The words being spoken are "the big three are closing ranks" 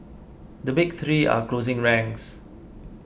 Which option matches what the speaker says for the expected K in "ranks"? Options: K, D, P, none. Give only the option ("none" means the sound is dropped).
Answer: none